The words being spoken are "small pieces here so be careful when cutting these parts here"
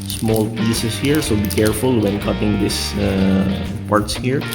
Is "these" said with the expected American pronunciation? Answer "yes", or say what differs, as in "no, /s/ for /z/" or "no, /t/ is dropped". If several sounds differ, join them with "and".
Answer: no, /s/ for /z/